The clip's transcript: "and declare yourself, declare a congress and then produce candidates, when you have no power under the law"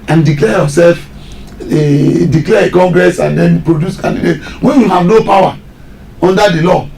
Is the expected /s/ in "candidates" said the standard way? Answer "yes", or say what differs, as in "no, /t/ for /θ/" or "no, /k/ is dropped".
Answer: no, /s/ is dropped